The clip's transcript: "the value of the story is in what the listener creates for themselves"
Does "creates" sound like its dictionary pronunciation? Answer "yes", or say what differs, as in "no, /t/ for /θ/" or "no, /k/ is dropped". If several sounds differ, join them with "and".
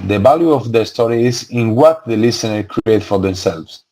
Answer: no, /s/ is dropped